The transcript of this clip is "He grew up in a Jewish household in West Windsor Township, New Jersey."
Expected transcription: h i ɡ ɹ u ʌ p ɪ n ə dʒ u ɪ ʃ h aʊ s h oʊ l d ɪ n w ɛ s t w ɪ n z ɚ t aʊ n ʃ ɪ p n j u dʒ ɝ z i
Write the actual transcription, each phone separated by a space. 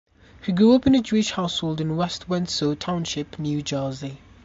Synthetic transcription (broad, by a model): h i ɡ ɹ u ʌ p ɪ n ə dʒ u ɪ ʃ h aʊ s h oʊ l d ɪ n w ɛ s t w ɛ n s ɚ t aʊ n ʃ ɪ p n j u dʒ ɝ z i